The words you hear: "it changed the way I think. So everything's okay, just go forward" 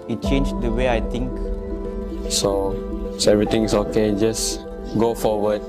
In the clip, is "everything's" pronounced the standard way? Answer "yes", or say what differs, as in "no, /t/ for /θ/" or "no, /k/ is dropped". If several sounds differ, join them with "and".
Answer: no, /t/ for /θ/